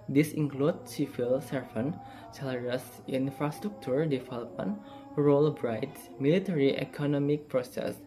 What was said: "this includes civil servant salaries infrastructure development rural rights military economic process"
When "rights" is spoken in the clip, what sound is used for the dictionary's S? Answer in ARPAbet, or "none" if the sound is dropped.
none